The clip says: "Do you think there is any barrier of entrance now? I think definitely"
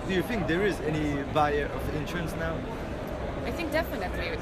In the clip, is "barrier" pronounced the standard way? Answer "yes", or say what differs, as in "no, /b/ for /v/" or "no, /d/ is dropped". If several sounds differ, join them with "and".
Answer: no, /ɹ/ is dropped